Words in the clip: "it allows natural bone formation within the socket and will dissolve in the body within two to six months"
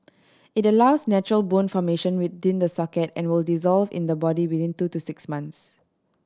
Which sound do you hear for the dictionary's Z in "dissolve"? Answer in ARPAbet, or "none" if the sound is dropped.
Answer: Z